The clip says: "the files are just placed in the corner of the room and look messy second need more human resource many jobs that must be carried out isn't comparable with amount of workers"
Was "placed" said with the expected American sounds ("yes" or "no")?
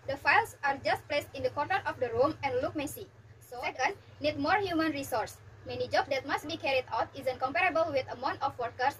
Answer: yes